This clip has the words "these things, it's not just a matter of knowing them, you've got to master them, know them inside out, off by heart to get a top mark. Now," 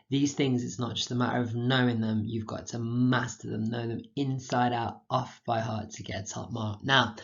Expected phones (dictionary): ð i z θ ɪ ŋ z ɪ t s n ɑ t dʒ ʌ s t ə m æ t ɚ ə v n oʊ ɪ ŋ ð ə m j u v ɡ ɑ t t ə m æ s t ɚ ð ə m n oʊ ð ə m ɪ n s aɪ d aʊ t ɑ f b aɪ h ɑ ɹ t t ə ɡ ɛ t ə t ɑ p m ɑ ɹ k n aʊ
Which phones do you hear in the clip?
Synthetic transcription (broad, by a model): ð i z θ ɪ ŋ z ɪ t s n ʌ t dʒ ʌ s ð ə m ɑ t ɚ ə v n oʊ ɪ ŋ ð ə m j u v ɡ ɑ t t ə m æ s t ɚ ð ə m n oʊ ð ə m ɪ n s aɪ d aʊ t ɑ f b aɪ h ɑ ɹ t t ə ɡ ɛ t ə t ɑ p m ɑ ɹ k n aʊ